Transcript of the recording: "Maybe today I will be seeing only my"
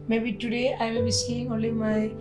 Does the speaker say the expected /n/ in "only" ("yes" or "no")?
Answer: no